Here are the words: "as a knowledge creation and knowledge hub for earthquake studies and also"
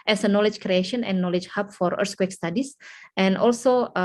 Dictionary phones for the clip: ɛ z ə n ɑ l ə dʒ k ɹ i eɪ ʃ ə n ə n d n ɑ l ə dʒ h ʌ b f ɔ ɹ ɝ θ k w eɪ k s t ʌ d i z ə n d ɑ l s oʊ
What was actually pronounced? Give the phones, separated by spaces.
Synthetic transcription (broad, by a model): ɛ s ə n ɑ l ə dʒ k ɹ i eɪ ʃ ə n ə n n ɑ l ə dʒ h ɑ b f ɔ ɹ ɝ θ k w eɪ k s t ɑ d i s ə n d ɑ l s oʊ